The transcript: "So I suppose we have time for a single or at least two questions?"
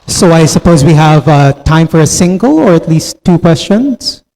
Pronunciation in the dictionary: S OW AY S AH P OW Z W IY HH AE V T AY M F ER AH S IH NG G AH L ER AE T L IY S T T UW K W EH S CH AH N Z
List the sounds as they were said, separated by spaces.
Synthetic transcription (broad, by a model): S OW AY S AH P OW Z W IY HH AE V T AY M F ER AH S IH NG G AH L ER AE T L IY S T T UW K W EH S CH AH N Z